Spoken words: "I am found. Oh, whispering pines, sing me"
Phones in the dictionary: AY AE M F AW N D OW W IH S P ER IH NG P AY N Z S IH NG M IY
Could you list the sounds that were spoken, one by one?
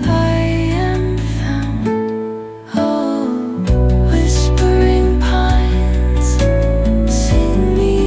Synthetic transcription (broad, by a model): AY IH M F AW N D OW W IH S P ER IH NG P AY N Z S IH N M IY